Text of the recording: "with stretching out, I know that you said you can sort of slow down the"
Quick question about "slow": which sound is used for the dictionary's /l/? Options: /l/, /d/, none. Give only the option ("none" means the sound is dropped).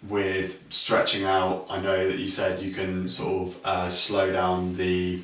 /l/